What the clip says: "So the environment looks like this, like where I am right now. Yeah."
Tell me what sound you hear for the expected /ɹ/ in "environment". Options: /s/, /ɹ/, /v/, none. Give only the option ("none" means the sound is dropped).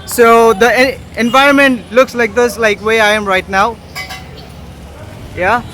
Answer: /ɹ/